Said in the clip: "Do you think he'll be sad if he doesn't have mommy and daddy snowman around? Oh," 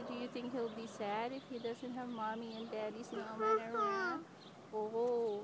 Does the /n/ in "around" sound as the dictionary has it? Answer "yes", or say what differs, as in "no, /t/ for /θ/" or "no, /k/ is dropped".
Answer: no, /n/ is dropped